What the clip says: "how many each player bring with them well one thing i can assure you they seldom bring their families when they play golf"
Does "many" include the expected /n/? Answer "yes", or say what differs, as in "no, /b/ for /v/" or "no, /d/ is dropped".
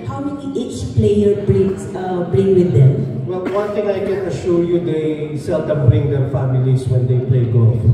no, /n/ is dropped